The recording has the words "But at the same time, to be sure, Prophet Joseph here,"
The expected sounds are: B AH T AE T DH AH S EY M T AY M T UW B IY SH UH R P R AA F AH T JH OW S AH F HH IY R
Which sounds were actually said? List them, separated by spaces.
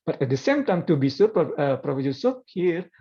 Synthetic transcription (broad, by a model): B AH T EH T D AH S EY M T AY M T UW B IY S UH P P R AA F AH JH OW S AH P HH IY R